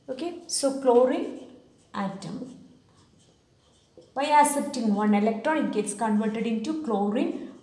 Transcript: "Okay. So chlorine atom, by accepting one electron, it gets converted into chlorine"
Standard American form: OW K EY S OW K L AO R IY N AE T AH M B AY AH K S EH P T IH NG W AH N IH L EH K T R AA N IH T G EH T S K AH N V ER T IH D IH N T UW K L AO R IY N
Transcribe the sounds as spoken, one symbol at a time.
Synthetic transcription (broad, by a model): OW K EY S OW K L AO R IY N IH T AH M B AY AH S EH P T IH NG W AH N IH L EH K T R AA N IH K G EH T S K AH N V ER T IH D IH N T UW K L AO R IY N